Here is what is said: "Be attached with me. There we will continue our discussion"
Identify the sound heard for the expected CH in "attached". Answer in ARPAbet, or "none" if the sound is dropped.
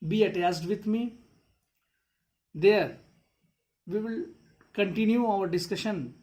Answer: S